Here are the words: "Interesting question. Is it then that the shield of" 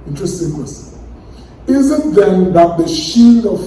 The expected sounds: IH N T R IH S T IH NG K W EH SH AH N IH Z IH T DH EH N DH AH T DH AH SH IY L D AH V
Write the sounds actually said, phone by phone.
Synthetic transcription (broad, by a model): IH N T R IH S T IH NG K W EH S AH IH Z IH T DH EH N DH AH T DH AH SH IY L D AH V